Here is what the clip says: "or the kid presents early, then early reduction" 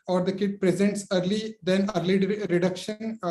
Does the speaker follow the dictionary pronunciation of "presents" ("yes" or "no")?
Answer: yes